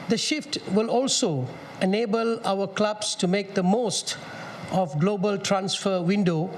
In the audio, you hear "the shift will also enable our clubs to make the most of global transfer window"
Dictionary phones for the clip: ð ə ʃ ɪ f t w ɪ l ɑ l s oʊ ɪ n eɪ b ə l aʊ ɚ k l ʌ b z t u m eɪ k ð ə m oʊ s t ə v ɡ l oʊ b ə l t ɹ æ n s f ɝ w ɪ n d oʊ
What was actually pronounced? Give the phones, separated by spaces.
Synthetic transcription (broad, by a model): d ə ʃ ɪ f t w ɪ l ɑ l s oʊ ɪ n eɪ b ə l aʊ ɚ k l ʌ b s t u m eɪ k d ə m oʊ s t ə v ɡ l oʊ b ə l t ɹ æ n s f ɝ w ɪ n d oʊ